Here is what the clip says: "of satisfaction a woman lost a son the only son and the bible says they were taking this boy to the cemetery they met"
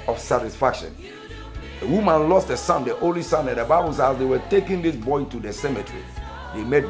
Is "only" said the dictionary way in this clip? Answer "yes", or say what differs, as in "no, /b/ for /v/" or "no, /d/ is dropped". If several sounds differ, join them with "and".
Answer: no, /n/ is dropped